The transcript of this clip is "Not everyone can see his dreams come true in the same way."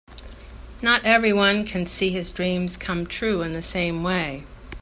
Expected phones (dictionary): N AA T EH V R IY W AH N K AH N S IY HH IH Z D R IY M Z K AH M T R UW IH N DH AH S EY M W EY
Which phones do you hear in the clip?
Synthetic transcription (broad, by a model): N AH T EH V R IY W AH N K AH N S IY IH Z D R IY M Z K AH M T R UW IH N DH AH S EY M W EY